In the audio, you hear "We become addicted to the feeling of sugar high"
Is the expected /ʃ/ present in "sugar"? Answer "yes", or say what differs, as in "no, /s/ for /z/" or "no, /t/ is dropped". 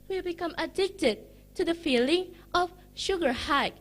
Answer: yes